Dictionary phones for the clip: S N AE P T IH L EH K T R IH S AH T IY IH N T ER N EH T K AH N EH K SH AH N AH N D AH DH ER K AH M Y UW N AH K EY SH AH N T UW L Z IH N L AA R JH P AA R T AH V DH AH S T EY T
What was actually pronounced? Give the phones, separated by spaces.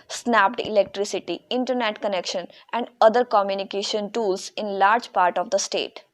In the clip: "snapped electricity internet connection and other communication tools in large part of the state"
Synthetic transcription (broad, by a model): S N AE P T IH L EH K T R IH S AH T IY IH N T ER N EH T K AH N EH K SH AH N AH N D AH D ER K AH M Y UW N AH K EY SH AH N T UW L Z IH N L AA R JH P AA R T AH V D AH S T EY T